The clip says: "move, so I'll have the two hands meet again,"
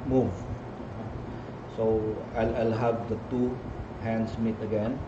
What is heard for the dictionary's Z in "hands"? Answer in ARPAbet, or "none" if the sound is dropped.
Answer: S